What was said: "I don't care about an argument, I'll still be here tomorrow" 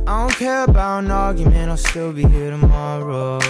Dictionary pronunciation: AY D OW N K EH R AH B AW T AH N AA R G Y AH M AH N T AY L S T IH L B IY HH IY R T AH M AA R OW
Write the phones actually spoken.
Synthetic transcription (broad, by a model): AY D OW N K EH R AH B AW AH N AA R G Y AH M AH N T AY L S T IH L B IY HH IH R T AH M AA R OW